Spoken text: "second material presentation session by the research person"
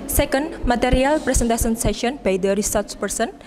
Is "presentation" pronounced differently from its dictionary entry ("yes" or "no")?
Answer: yes